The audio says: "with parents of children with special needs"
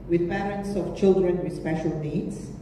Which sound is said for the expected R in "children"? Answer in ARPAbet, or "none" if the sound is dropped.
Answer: R